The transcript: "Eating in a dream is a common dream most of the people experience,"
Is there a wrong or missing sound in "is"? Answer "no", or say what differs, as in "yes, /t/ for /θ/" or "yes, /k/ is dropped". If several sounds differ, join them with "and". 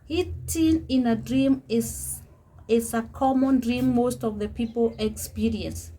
yes, /s/ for /z/